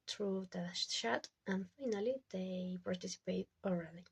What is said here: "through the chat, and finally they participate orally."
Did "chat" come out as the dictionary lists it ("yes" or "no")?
no